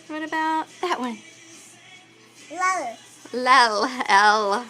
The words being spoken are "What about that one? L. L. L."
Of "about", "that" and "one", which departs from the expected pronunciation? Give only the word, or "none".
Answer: one